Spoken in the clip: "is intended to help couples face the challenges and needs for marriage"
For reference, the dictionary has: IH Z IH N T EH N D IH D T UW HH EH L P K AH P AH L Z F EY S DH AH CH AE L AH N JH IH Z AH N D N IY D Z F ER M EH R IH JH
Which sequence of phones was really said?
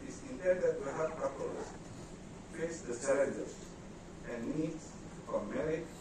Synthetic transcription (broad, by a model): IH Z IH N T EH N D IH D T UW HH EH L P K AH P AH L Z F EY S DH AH S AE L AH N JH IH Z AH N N IY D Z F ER M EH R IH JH